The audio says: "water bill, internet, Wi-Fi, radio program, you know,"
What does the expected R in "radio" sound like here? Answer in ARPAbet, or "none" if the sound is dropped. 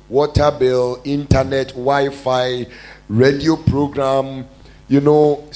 R